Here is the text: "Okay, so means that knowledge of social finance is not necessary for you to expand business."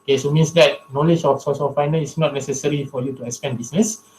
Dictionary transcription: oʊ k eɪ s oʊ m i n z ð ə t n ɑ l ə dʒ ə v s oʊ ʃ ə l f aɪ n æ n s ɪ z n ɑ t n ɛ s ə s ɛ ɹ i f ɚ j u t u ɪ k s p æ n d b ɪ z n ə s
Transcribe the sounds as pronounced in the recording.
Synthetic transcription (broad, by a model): k eɪ s oʊ m i n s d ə t n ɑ l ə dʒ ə f s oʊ s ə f aɪ n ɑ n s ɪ s n ɑ t n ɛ s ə s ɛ ɹ i f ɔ j u t u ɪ k s p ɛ n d b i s n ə s